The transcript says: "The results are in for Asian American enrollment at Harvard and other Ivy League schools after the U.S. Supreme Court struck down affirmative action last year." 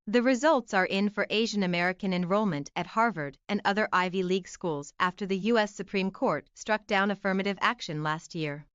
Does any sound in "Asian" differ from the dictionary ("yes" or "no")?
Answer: no